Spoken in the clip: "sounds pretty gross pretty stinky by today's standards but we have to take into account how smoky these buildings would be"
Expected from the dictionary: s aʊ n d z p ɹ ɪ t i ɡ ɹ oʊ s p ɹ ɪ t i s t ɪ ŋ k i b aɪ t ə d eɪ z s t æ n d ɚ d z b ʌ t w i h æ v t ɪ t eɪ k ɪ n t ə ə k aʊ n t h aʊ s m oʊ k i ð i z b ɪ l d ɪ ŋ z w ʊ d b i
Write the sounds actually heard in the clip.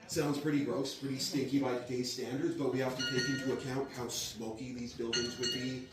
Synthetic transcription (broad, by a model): s aʊ n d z p ɹ ɪ t i ɡ ɹ oʊ s p ɹ ɪ t i s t ɪ ŋ k i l aɪ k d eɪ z s t æ n d ɚ d z b ʌ t w i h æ f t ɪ t eɪ k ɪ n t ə ə k aʊ n t h aʊ s m oʊ k i ð i z b ɪ l d ɪ ŋ z w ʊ d b i